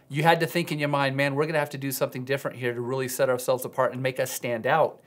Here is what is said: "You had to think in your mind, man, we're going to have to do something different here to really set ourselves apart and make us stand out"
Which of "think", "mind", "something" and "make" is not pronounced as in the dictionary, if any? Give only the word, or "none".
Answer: none